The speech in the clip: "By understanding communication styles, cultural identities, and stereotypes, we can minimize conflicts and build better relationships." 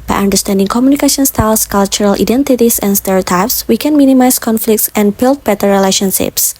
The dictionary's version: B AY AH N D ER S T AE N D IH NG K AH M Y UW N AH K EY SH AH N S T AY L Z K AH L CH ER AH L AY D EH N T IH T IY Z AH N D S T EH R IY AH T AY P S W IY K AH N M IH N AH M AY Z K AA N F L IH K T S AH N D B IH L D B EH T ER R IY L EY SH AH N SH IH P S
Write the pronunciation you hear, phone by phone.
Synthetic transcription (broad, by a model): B AY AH N D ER S T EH N D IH NG K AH M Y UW N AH K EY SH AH N S T AY L S K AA L CH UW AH L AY D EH N T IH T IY S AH N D S T EH R IY AH T AY P S W IY K AH N M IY N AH M AY S K AA N F L IH K T S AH N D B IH L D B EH T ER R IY L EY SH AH N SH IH P S